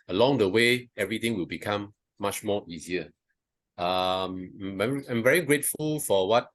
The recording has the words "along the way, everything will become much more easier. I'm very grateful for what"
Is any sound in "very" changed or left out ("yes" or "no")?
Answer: no